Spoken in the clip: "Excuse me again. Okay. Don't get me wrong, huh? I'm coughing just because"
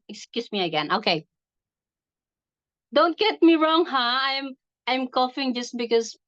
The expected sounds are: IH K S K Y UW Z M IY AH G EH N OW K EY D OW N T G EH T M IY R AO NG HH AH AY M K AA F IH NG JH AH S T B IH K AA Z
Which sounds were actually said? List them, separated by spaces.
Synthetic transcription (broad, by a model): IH K S K Y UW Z M IY AH G EH N OW K EY D OW N T G EH T M IY R AO NG HH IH AY M K AA F IH NG JH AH S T B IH K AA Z